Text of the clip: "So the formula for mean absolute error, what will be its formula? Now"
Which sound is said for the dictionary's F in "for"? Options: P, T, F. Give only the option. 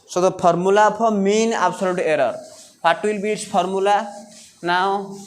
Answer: P